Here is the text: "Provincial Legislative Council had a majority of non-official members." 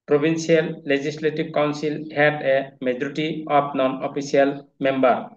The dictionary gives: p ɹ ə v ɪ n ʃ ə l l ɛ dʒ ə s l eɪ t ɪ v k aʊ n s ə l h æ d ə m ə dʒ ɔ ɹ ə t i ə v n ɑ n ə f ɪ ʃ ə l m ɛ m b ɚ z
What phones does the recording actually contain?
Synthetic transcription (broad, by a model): p ɹ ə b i n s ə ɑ l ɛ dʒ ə s l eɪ t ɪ b k aʊ n s ə l h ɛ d ə m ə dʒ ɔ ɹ t i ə p n ɑ n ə p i s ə l m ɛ m b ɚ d